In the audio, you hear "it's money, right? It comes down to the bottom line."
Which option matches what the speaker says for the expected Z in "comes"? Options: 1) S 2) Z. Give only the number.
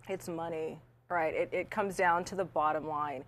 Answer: 2